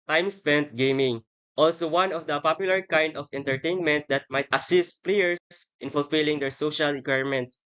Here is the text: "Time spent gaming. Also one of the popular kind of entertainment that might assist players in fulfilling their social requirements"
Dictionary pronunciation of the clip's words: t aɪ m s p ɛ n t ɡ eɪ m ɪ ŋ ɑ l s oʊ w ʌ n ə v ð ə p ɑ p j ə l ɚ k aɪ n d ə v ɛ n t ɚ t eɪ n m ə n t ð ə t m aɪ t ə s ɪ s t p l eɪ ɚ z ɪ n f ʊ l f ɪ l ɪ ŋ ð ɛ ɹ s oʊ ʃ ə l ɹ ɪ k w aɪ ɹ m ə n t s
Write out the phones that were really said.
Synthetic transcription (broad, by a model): t aɪ m s p ɛ n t ɡ eɪ m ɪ ŋ ɑ l s oʊ w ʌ n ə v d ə p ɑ p j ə l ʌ k aɪ n d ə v ɛ n t ɚ t eɪ n m ə n t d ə t m aɪ t ə s ɪ s t p l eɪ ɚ s ɪ n f ʊ l f ɪ l ɪ ŋ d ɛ ɹ s oʊ ʃ ə l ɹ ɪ k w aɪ ɹ m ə n t s